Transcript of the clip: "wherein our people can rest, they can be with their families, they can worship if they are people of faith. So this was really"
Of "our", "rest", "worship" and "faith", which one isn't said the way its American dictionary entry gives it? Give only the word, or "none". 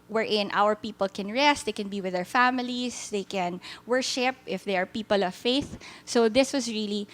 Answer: none